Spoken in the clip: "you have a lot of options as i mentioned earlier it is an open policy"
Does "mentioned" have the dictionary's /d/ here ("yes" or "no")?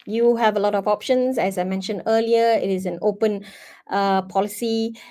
yes